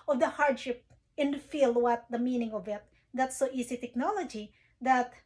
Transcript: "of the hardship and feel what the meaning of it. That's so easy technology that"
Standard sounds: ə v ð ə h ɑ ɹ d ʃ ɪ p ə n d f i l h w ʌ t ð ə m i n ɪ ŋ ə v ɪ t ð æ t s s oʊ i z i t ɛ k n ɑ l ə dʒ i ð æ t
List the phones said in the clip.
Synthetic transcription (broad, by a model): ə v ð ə h ɑ ɹ d ʃ ɪ p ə n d f i l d w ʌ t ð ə m i n ɪ ŋ ə v ɪ t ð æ t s s oʊ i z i t ɛ k n ɑ l ə dʒ i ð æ t